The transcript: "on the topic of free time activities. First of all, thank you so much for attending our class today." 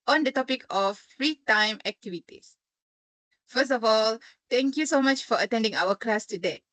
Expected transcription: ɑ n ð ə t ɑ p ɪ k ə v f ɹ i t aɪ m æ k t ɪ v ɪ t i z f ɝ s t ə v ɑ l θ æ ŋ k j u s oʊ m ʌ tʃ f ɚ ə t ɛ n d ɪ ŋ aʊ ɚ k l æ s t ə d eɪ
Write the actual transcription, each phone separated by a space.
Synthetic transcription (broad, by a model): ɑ n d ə t ɑ p ɪ k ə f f ɹ i t aɪ m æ k t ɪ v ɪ t i s f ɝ s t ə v ɑ l t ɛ ŋ k j u s oʊ m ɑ tʃ f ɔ ə t ɛ n d ɪ ŋ aʊ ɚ k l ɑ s t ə d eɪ